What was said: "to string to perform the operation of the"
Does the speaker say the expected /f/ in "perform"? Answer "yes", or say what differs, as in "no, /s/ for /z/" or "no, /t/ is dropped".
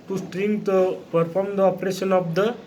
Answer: no, /p/ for /f/